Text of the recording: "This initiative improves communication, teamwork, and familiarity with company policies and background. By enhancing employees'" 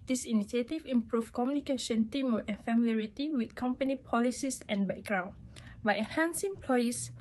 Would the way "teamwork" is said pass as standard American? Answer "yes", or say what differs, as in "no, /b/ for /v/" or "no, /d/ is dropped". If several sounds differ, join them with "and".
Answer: no, /k/ is dropped